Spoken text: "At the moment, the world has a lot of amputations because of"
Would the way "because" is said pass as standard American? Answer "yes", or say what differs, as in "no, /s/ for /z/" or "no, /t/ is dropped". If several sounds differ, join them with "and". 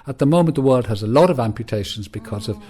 yes